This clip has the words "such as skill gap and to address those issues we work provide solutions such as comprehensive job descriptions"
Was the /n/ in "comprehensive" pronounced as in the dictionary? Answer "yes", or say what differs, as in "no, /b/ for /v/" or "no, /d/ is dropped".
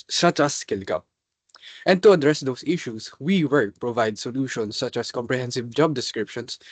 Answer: yes